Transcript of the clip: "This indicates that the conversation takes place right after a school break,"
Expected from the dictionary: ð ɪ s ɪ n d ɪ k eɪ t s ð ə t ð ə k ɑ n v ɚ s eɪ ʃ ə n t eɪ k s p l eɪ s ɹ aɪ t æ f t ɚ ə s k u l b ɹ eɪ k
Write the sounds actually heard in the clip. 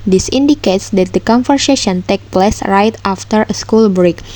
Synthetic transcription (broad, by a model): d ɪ s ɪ n d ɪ k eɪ t s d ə t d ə k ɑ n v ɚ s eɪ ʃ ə n t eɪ k p l eɪ s ɹ aɪ t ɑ f t ɚ ə s k u l b ɹ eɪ k